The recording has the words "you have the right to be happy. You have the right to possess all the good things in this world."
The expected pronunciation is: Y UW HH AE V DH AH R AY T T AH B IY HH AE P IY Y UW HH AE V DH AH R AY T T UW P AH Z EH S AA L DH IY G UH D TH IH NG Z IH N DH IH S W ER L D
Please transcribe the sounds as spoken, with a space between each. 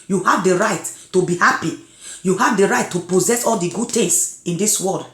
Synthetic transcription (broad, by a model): Y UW HH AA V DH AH R AY T T AH B IY HH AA P IY Y UW HH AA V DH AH R AY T T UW P AH Z EH S AA L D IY G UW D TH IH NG S IH N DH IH S W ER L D